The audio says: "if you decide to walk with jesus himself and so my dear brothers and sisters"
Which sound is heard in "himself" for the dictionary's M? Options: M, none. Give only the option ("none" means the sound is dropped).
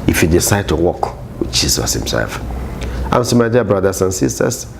M